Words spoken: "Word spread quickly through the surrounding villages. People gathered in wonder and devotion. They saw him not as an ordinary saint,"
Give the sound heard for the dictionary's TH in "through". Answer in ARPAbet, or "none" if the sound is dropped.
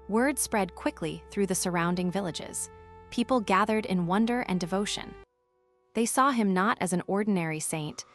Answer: TH